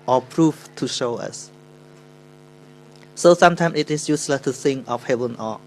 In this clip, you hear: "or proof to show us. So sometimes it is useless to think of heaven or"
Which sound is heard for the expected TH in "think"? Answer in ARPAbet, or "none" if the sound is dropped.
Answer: S